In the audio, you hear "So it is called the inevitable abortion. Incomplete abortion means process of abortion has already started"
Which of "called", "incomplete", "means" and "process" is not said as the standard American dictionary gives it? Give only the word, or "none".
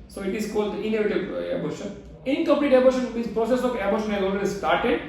means